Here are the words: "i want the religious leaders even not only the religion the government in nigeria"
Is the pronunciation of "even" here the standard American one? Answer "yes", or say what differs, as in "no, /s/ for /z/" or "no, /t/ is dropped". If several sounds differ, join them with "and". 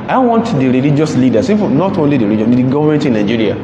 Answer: no, /f/ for /v/